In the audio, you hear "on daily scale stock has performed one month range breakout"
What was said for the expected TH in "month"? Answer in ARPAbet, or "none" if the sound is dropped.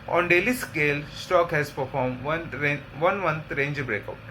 T